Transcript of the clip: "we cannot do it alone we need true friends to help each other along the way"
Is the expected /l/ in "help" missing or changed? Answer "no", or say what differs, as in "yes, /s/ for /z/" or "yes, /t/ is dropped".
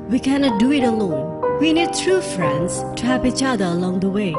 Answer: yes, /l/ is dropped